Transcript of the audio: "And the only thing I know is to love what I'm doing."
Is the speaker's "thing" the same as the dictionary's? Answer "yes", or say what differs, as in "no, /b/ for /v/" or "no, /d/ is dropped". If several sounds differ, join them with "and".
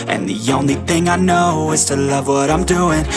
yes